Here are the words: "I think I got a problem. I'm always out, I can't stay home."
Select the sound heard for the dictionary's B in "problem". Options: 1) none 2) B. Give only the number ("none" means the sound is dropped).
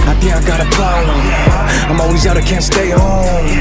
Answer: 1